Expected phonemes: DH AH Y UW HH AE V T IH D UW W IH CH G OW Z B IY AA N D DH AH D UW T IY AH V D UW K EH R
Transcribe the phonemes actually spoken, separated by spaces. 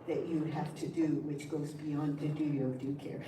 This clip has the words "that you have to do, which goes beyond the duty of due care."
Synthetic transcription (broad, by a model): DH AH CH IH HH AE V T IH D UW W IH CH G OW Z B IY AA N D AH D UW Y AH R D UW K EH R